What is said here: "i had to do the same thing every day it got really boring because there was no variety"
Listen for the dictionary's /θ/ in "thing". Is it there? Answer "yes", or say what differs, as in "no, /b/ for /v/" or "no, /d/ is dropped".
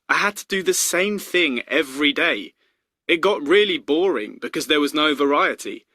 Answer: yes